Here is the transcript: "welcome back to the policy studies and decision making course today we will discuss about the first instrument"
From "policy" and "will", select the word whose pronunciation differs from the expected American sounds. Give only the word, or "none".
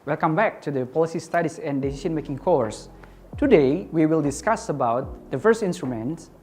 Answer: none